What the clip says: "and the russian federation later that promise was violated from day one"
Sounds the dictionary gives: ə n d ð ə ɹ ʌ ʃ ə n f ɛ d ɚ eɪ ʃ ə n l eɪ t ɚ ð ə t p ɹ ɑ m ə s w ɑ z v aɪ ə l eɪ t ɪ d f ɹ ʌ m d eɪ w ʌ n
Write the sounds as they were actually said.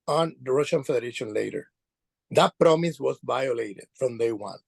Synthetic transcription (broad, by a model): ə n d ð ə ɹ ʌ ʃ ə n f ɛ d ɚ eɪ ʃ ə n l eɪ t ɚ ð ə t p ɹ ɑ m ə s w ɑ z v aɪ ə l eɪ t ɪ d f ɹ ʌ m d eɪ w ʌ n